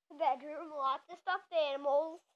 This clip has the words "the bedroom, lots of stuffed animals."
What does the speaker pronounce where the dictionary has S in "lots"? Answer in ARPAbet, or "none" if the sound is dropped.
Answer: none